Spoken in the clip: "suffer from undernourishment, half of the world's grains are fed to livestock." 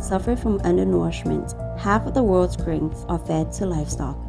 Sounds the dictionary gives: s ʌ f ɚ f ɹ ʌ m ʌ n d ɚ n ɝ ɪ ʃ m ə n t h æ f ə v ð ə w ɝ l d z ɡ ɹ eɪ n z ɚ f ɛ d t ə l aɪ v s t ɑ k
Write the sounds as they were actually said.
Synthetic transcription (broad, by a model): s ʌ f ɚ f ɹ ʌ m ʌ n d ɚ n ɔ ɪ ʃ m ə n t h æ f ə v ð ə w ɝ l d z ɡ ɹ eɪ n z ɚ f ɛ d t ə l aɪ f s t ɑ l